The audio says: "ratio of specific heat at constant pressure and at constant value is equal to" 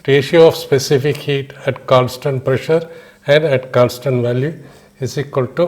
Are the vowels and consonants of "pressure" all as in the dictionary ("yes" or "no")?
yes